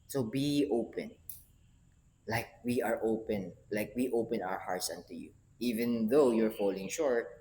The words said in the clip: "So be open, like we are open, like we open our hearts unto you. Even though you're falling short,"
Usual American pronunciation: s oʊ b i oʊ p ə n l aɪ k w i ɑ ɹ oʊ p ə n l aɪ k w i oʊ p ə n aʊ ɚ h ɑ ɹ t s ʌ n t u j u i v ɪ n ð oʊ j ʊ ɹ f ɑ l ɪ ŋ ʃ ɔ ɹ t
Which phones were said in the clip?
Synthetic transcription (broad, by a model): s oʊ b i oʊ p ə n l aɪ k w i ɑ ɹ oʊ p ə n l aɪ k w i oʊ p ə n aʊ ɚ h ɑ ɹ t s ʌ n t u j u i v ɪ n ð oʊ j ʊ ɹ f ɑ l ɪ ŋ ʃ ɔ ɹ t